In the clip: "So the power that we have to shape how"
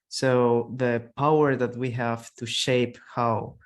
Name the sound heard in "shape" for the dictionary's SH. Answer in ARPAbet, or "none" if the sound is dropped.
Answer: SH